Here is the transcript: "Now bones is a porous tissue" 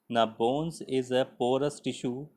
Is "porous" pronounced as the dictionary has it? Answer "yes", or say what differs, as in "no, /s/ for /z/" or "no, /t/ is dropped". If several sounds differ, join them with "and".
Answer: yes